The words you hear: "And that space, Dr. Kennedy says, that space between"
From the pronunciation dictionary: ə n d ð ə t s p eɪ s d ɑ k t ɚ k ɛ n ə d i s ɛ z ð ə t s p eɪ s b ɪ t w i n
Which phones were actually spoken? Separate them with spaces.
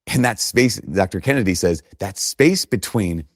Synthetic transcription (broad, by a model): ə n ð ə t s p eɪ s d ɑ k t ɚ k ɛ n ə d i s ɛ z ð ə t s p eɪ s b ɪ t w i n